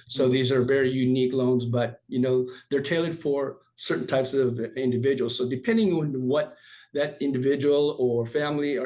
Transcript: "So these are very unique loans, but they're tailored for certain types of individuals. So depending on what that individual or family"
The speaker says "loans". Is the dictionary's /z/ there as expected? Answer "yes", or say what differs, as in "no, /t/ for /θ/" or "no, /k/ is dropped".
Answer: yes